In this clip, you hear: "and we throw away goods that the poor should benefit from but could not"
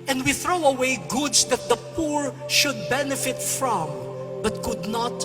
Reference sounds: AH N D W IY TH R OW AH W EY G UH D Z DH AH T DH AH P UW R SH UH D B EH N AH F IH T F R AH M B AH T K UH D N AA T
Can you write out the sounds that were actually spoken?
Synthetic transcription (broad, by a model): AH N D W IY TH R OW AH W EY G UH D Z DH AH T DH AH P UW R SH UH D B EH N AH F IH T F R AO M B AH T K UH D N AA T